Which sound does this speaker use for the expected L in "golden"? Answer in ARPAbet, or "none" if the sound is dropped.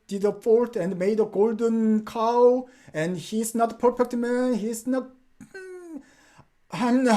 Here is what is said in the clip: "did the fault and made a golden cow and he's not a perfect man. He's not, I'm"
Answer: L